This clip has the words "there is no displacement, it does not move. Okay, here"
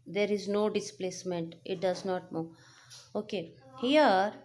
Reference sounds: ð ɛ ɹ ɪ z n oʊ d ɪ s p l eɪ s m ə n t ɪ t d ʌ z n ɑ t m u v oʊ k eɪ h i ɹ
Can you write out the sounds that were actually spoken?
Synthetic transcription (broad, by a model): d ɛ ɹ ɪ z n oʊ d ɪ s p l eɪ s m ə n t ɪ t d ʌ z n ɑ t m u oʊ k eɪ h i ɹ